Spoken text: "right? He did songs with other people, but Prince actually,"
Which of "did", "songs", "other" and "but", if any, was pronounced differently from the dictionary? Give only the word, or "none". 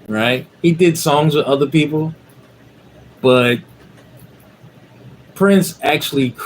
none